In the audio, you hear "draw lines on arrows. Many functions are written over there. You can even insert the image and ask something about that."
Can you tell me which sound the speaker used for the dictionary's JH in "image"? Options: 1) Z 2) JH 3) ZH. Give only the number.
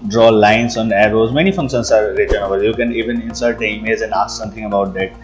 1